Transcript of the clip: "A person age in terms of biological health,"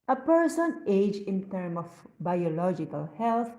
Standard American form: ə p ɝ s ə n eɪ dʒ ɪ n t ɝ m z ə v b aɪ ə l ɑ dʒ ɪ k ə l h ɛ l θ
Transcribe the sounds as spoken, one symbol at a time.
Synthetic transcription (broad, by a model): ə p ɝ s ə n eɪ dʒ ɪ n t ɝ m ə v b aɪ ə l ɑ dʒ ɪ k ə l h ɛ l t